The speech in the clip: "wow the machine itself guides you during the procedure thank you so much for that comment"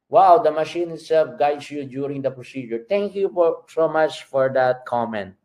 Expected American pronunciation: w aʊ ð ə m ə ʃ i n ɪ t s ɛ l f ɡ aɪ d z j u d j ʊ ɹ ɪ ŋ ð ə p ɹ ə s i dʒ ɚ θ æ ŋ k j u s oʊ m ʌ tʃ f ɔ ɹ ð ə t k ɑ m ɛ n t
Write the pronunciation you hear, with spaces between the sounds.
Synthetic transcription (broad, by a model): w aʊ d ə m ə ʃ i n ɪ t s ɛ l f ɡ aɪ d s j u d j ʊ ɹ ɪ ŋ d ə p ɹ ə s i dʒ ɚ t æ ŋ k j u s oʊ m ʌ tʃ f ɔ ɹ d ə t k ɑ m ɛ n t